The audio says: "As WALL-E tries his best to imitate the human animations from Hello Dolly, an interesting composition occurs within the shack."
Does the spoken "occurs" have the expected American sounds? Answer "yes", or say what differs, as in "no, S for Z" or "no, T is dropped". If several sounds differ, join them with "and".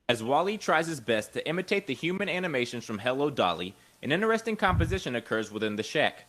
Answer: yes